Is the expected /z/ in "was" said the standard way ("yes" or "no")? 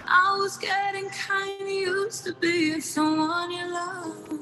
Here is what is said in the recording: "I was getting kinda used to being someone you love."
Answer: yes